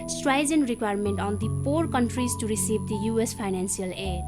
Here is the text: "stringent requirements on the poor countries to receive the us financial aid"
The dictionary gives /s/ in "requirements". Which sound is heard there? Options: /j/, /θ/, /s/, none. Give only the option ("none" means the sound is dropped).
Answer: none